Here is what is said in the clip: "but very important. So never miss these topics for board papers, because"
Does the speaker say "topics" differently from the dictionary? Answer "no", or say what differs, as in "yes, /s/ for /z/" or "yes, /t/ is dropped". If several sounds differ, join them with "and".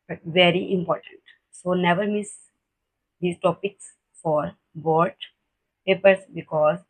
no